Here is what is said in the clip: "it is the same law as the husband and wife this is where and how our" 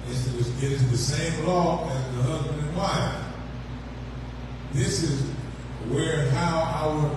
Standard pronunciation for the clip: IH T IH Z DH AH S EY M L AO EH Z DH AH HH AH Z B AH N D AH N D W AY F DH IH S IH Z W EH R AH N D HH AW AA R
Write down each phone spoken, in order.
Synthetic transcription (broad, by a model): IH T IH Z DH AH S EY M L AO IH Z DH AH HH AH Z B AH N D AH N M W AY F DH IH S IH Z W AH R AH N HH AW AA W